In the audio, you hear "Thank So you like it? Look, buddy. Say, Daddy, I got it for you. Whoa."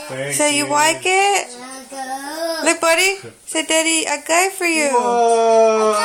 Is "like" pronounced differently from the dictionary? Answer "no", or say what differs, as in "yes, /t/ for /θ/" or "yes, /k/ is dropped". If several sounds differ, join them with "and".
yes, /w/ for /l/